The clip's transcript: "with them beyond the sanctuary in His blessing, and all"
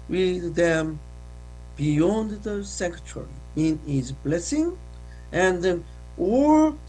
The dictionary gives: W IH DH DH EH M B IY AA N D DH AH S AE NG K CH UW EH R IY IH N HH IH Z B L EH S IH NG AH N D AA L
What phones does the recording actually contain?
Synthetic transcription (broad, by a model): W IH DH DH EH M B IY AA N D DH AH S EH K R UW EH R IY IH N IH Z B L EH S IH NG AH N D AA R